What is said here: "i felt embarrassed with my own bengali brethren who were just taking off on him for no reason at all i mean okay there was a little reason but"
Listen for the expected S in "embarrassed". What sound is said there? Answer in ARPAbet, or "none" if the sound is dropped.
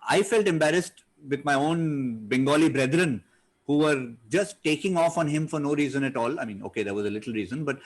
S